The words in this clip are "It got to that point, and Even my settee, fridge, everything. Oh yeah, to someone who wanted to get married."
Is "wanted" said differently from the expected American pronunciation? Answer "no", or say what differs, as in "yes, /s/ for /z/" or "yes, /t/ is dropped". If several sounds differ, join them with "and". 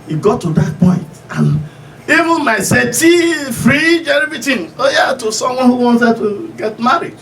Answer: yes, /s/ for /t/